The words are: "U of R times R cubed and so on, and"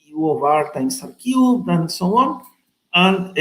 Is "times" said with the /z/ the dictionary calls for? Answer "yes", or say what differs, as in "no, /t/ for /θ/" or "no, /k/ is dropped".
no, /s/ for /z/